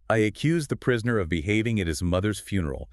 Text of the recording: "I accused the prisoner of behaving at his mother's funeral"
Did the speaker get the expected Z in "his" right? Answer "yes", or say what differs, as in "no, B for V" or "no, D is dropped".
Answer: yes